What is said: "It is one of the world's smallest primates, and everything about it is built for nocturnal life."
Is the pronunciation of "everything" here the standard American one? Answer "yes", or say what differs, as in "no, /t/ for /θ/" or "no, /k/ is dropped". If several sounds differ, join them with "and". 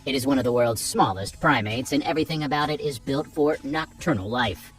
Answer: yes